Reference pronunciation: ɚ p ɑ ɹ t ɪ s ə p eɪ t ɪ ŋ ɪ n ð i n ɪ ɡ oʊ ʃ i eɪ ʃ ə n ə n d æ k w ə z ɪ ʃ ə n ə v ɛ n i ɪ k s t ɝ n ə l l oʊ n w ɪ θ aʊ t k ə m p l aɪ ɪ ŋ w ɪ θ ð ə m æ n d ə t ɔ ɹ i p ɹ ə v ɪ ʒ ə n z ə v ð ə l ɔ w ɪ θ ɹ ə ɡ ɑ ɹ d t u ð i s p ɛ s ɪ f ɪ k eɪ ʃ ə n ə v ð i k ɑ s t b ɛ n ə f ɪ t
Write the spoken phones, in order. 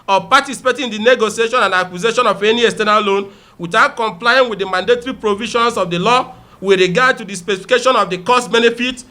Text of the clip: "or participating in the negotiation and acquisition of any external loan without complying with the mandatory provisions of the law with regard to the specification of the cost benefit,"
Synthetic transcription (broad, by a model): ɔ p ɑ t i s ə p eɪ t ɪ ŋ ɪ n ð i n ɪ ɡ oʊ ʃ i eɪ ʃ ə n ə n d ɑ k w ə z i ʃ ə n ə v ɛ n i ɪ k s t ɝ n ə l l oʊ n w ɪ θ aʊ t k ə m p l aɪ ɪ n w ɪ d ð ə m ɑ n d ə t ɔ ɹ i p ɹ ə v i ʃ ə n s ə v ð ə l ɔ w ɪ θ ɹ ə ɡ ɑ d t u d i s p ɛ s ɪ f ɪ k eɪ ʃ ə n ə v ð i k ɑ s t b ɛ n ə f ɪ t